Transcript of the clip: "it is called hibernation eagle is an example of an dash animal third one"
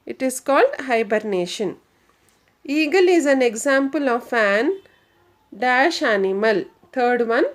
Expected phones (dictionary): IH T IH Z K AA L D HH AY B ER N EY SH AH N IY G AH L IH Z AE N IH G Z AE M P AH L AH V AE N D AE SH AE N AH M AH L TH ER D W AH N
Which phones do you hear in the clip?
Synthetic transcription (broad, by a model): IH T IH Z K AA L D HH AY B ER N EY SH AH N IY G AH L IH Z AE N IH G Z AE M P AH L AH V AE N D AE SH AE N AH M AH L T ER D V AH N